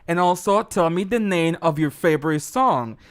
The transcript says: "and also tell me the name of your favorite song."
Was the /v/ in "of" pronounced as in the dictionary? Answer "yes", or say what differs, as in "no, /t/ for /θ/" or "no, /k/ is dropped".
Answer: yes